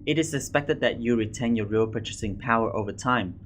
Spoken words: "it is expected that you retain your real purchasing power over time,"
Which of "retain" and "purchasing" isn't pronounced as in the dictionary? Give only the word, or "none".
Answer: none